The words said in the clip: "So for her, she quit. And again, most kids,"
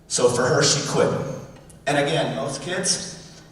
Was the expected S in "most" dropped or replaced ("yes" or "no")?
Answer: yes